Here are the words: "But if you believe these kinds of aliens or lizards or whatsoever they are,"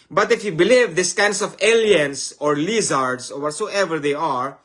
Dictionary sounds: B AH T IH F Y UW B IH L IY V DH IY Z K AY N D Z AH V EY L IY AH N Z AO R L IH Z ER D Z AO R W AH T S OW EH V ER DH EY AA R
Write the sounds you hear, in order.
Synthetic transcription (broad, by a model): B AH T IH F Y UW B IH L IY V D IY S K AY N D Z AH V EY L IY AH N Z AO R L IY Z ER D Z AO R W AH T S OW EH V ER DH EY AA R